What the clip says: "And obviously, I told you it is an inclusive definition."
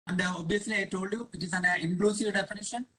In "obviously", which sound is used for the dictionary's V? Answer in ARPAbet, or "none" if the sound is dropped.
none